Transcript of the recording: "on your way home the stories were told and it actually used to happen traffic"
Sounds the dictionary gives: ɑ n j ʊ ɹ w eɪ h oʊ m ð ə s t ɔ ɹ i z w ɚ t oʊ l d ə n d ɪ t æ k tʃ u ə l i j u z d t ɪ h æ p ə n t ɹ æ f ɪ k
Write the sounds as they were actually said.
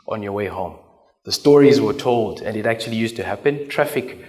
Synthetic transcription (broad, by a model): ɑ n j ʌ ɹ w eɪ h oʊ m ð ə s t ɔ ɹ i z w ɚ t oʊ l d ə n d ɪ t æ k tʃ u ə l i j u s t ɪ h æ p ə n t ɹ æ f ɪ k